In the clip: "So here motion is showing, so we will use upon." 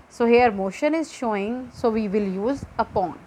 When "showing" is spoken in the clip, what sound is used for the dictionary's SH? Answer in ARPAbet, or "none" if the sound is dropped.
SH